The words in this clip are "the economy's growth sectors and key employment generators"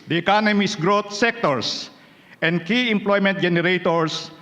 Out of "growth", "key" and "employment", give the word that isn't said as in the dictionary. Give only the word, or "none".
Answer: growth